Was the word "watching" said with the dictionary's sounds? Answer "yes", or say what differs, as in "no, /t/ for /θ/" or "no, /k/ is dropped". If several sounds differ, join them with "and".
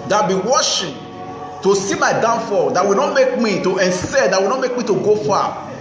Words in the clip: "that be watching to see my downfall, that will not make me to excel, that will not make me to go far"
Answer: no, /ʃ/ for /tʃ/